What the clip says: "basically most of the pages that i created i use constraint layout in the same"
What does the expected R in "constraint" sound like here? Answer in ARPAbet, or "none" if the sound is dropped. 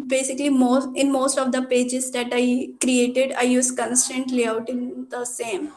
none